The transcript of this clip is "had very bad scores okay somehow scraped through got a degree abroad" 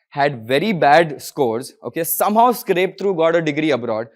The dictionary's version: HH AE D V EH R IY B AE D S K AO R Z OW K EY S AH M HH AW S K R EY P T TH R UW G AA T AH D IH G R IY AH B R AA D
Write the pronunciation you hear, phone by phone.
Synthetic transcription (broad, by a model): HH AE D V EH R IY B AE D S K AO R Z OW K EY S AH M HH AW S K R EY P T R UW G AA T AH D IH G R IY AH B R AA D